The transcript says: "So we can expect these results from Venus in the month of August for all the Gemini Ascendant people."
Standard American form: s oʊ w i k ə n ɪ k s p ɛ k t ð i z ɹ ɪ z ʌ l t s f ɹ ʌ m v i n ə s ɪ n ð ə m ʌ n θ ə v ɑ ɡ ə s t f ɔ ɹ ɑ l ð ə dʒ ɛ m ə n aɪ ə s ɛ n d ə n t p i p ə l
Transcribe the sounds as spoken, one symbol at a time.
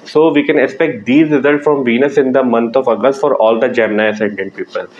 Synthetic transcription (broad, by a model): s oʊ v i k ə n ɪ k s p ɛ k t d i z ɹ ɪ z ʌ l t s f ɹ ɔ m v i n ə s ɪ n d ə m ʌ n t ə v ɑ ɡ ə s t f ɔ ɹ ɑ l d ə dʒ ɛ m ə n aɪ ə s ɛ n d ə n t p i p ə l